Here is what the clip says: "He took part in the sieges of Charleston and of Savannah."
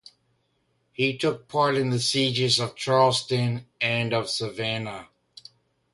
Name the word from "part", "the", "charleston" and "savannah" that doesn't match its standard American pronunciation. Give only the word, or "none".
none